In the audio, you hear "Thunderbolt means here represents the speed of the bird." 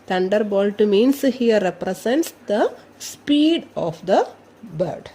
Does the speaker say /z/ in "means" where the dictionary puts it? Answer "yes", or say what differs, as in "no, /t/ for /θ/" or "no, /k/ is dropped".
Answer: no, /s/ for /z/